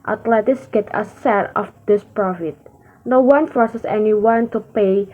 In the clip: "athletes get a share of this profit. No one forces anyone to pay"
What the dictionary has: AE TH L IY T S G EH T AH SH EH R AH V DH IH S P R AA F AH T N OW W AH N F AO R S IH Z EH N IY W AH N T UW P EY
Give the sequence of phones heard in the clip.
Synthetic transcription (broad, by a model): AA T L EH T S G EH T AH S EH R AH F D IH S P R AA F AH T N OW W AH N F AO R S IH S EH N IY W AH N T UW P EY